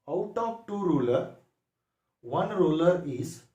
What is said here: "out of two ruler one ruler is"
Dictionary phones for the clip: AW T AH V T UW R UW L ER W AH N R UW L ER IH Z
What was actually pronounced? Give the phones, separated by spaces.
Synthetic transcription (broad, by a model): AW T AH P T UW R UW L ER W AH N R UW L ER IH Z